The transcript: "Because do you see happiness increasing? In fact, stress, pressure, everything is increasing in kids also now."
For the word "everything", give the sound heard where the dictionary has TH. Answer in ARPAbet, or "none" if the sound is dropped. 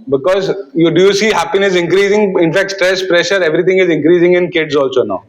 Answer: T